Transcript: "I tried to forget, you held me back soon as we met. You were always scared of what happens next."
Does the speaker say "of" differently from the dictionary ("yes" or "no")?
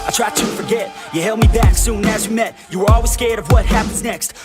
no